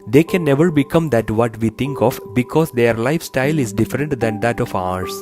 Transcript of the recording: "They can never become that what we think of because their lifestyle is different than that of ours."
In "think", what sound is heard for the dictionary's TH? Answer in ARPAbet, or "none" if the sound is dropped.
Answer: T